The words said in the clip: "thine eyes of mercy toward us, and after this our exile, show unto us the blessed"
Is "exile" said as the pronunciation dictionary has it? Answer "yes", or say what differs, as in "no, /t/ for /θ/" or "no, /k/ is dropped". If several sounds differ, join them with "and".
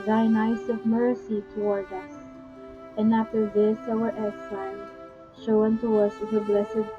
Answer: no, /k/ is dropped and /n/ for /l/